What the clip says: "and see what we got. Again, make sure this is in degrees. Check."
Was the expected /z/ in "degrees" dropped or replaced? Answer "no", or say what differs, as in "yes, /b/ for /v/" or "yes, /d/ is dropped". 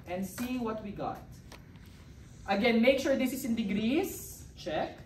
yes, /s/ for /z/